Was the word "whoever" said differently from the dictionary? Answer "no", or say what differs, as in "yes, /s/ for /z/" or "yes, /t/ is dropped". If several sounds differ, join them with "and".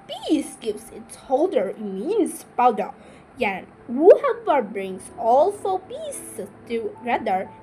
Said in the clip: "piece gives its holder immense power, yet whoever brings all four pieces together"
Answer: yes, /p/ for /v/